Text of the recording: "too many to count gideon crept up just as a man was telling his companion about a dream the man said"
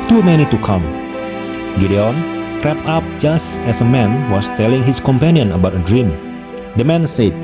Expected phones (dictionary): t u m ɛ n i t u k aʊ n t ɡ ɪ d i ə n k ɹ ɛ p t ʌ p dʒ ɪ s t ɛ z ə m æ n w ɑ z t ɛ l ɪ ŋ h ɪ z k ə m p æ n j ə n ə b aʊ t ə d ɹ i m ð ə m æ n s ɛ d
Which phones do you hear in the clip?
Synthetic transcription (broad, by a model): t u m ɛ n i t u k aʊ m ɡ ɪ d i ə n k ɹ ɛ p ʌ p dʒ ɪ s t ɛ s ə m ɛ n w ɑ s t ɛ l ɪ ŋ h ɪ s k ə m p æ n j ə n ə b aʊ t ə d ɹ i m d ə m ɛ n s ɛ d